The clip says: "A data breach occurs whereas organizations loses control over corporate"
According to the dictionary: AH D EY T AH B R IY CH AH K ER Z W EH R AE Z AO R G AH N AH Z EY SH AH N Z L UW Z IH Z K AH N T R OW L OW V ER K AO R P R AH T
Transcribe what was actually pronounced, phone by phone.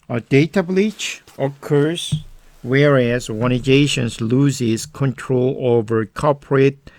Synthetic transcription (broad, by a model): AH D EY T AH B L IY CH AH K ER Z W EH R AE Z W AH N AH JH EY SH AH N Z L UW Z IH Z K AH N T R OW L OW V ER K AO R P R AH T